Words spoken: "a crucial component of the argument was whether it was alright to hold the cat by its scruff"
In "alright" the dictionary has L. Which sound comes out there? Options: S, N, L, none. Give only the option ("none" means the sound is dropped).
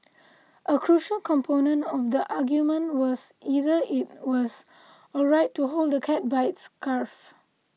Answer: none